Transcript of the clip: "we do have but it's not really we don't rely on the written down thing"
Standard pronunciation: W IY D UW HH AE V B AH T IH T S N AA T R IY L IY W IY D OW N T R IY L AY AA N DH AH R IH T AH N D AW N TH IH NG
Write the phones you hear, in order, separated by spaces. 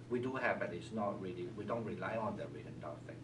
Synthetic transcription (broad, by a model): W IY D UW HH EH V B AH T IH T S N AA T R IY L IY W IY D OW N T R IY L AY AA N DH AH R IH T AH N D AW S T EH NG